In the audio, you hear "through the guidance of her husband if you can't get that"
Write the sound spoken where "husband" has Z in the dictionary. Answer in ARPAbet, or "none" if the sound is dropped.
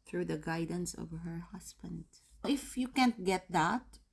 S